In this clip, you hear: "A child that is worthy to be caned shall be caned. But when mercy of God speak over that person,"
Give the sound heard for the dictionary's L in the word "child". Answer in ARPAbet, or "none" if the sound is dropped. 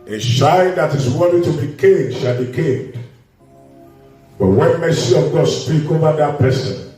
N